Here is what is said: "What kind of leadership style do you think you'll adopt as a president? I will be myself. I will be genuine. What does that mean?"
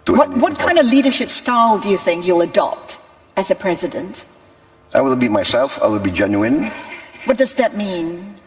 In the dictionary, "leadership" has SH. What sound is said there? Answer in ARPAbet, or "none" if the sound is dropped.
SH